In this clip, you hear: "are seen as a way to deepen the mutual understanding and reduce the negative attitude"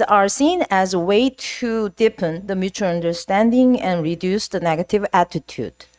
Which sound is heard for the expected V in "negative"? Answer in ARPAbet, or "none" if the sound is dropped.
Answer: V